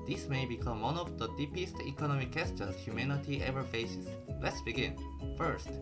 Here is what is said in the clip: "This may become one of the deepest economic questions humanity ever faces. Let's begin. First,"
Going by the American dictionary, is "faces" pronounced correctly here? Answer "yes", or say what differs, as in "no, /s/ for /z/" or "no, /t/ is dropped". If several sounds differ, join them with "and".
no, /s/ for /z/